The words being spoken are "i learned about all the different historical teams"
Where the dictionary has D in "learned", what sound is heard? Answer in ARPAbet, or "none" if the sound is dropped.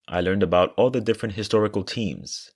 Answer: D